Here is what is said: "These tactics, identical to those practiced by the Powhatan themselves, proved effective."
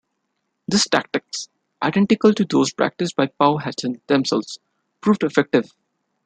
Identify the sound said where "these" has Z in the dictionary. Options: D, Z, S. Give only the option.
S